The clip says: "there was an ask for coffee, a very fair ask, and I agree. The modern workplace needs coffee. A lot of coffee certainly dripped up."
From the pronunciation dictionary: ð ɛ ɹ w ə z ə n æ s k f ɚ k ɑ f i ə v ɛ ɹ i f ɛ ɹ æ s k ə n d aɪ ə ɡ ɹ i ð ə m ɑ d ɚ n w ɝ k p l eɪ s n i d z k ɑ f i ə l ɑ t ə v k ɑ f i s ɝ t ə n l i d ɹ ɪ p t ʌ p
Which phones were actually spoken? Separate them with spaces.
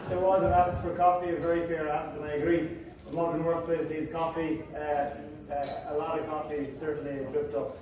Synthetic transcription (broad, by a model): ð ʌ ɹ w ə z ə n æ s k f ɚ k ɑ f i ə v ɛ ɹ i f ɛ ɹ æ s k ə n aɪ ə ɡ ɹ i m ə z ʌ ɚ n w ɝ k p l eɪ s l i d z k ɑ f i ə l ɑ t ə v k ɑ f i s ɝ t n l i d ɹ ɪ p t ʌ p